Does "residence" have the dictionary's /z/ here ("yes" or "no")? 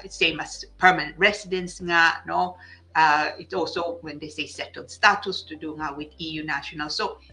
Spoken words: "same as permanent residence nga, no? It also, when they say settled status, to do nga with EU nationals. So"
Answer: no